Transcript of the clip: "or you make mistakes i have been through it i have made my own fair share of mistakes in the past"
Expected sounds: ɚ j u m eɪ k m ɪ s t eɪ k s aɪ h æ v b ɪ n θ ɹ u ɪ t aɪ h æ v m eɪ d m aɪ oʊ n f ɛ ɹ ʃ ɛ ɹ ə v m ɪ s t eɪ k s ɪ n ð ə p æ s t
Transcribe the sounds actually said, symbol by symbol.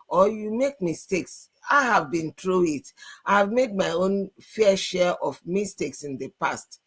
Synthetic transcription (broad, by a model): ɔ j u m eɪ k m ɪ s t eɪ k s aɪ h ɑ v b ɪ n t ɹ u ɪ t aɪ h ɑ v m eɪ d m aɪ oʊ n f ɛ ʃ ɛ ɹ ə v m ɪ s t eɪ k s ɪ n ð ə p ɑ s t